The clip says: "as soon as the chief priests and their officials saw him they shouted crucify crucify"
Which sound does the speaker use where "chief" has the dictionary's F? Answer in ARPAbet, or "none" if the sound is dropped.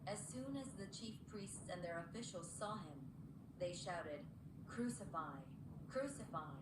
F